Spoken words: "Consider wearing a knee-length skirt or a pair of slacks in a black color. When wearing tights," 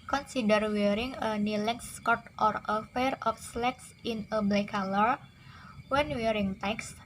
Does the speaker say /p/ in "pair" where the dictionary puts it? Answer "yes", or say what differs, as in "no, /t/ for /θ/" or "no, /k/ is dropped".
no, /f/ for /p/